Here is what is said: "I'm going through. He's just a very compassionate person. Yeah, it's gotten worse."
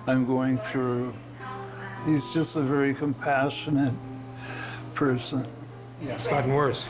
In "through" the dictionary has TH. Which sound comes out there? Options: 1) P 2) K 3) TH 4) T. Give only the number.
3